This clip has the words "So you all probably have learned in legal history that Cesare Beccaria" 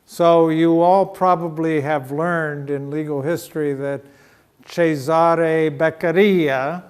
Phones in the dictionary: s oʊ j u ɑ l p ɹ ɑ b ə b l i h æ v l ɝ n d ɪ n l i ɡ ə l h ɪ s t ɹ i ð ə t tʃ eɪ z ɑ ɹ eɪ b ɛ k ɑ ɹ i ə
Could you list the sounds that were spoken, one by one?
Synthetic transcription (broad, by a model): s oʊ j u ɑ l p ɹ ɑ b ə b l i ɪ v l ɝ n d ɪ n l i ɡ l h ɪ s t ɹ i ð ə t tʃ eɪ z ɑ ɹ eɪ b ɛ k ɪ ɹ i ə